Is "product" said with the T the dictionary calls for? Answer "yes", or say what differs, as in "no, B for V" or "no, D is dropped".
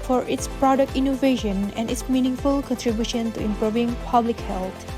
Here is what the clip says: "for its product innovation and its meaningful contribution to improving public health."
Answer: yes